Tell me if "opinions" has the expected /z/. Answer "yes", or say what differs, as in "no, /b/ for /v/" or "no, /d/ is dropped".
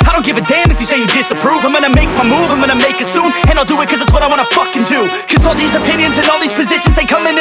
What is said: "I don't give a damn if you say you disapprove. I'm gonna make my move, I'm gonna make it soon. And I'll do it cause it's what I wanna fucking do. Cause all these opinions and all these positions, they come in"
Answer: yes